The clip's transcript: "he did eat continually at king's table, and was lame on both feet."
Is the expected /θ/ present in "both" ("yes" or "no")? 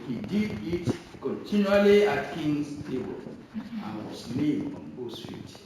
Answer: no